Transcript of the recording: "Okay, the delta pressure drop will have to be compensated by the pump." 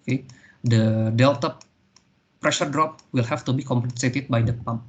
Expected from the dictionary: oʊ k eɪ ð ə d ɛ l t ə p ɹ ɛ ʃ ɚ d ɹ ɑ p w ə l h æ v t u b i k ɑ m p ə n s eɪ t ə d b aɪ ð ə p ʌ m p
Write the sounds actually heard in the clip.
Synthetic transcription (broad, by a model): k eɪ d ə d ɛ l t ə p ɹ ɛ ʃ ɚ d ɹ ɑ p w ə l h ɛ f t u b i k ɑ m p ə n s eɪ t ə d b aɪ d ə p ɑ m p